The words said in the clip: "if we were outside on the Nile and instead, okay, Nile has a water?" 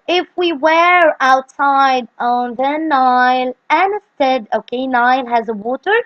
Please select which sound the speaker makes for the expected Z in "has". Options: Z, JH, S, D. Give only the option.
Z